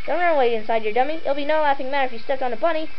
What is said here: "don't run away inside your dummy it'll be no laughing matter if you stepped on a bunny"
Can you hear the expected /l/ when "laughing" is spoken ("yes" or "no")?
yes